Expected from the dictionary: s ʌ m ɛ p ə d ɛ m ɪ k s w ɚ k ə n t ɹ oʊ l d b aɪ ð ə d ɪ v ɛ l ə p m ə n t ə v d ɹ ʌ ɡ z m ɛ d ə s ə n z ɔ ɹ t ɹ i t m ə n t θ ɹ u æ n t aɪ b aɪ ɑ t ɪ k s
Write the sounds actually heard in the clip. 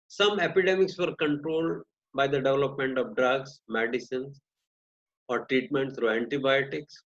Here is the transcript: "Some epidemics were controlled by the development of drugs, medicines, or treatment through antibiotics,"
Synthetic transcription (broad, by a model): s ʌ m ɛ p ə d ɛ m ɪ k s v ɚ k ə n t ɹ oʊ l d b aɪ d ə d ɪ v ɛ l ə p m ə n t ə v d ɹ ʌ ɡ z m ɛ d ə s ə n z ɔ ɹ t ɹ i t m ə n t s ɹ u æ n t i b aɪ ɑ t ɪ k s